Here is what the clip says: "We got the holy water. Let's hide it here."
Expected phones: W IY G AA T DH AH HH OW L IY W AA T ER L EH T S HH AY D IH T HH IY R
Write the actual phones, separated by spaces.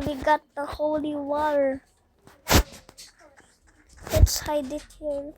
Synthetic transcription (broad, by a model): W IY G AA T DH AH HH OW L IY W AA T ER W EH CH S HH AY D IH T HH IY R